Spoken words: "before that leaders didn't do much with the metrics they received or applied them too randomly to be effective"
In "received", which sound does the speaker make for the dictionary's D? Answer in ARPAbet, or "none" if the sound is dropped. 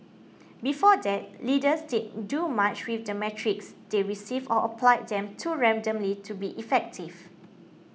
none